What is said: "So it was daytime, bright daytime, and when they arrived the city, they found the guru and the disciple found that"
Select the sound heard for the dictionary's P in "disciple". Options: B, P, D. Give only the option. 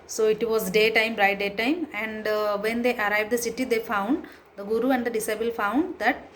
B